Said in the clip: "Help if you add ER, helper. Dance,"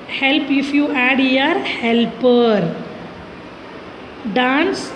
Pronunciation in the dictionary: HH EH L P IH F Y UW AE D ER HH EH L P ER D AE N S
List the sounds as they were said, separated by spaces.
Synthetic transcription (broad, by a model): HH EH L P IH F Y UW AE D ER HH EH L P ER D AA N S